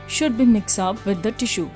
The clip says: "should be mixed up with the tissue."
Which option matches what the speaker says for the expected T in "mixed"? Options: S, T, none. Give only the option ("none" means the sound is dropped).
none